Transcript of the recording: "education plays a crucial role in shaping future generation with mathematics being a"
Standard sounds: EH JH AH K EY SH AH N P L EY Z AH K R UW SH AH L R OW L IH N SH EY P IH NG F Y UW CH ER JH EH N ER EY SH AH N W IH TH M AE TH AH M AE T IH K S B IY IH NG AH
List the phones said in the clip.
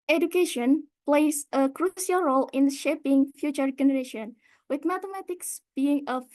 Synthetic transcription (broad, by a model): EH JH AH K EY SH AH N P L EY S AH K R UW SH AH L R OW L IH N SH EY P IH NG F Y UW CH ER JH EH N ER EY SH AH N W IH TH M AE T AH M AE T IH K S B IY IH NG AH